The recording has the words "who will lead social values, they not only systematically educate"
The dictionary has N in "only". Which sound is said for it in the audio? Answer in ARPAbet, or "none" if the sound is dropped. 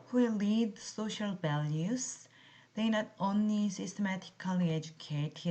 N